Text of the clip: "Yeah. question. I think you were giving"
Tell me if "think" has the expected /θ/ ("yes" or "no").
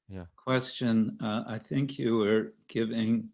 yes